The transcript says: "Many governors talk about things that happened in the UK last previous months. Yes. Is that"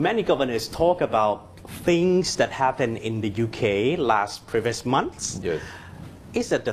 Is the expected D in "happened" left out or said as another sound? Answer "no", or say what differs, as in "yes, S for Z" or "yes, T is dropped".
yes, D is dropped